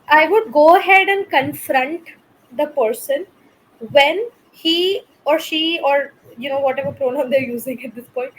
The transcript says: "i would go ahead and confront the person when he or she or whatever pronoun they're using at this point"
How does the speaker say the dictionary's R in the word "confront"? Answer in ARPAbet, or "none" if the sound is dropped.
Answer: R